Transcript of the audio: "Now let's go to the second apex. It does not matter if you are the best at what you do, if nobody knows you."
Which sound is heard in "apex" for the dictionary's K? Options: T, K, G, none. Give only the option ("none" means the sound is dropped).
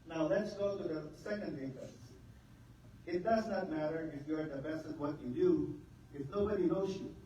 none